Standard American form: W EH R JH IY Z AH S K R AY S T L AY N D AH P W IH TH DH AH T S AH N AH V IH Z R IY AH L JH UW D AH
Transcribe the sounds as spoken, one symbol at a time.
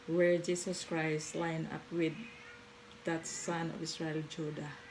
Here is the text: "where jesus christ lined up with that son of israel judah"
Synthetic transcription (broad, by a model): W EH R JH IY S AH S K R AY S T L AY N AH P W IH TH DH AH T S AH N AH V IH S R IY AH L JH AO D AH